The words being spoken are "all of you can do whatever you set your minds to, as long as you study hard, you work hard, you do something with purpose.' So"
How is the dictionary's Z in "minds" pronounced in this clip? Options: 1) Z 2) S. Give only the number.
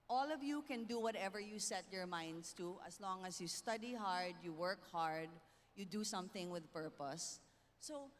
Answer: 2